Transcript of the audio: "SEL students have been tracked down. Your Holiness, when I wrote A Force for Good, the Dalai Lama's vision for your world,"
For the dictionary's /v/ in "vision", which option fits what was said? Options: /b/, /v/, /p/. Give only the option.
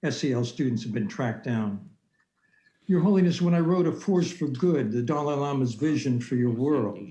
/v/